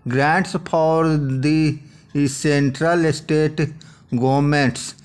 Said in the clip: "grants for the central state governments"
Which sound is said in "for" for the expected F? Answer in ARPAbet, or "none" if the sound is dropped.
P